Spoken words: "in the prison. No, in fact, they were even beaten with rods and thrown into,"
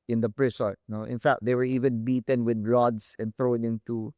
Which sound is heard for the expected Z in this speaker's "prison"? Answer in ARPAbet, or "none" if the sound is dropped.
S